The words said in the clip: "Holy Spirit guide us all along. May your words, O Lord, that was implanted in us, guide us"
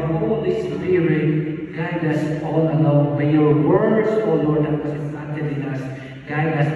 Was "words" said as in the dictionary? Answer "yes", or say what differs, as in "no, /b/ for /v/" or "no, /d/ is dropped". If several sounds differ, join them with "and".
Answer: no, /s/ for /z/